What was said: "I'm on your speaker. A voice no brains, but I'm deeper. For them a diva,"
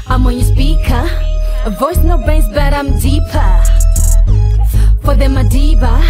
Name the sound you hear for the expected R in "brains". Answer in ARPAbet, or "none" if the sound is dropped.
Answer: none